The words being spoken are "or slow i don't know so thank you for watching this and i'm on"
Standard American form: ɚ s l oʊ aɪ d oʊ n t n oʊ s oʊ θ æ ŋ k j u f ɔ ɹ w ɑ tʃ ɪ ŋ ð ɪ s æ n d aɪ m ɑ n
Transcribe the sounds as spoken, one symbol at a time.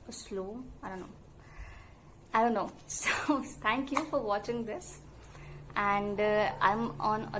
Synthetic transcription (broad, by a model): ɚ s l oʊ aɪ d oʊ n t n oʊ s oʊ t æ ŋ k j u f ɔ ɹ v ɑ tʃ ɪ ŋ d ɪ s æ n d aɪ m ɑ n